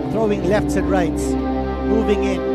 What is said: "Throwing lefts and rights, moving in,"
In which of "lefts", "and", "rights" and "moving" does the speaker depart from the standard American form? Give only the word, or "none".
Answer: none